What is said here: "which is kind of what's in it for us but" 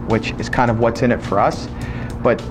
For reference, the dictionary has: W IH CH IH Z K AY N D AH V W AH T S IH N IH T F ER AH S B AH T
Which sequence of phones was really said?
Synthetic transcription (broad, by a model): W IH CH IH Z K AY N D AH V W AH T S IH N IH T F ER AH S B AH T